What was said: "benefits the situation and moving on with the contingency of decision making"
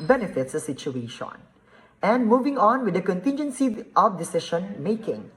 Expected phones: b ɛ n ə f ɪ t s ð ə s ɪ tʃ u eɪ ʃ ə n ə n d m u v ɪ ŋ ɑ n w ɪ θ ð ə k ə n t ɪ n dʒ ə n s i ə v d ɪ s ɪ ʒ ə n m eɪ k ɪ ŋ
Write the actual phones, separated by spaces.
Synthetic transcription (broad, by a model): b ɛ n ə f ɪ t s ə s ɪ tʃ u eɪ ʃ ə n ə n d m u v ɪ ŋ ɑ n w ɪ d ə k ə n t ɪ n dʒ ə n s i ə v d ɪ s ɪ ʃ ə n m eɪ k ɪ ŋ